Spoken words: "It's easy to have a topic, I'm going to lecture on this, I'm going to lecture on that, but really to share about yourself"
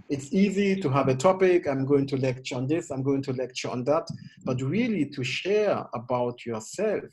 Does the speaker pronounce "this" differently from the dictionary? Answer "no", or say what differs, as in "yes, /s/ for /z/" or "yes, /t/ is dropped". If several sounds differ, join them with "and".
no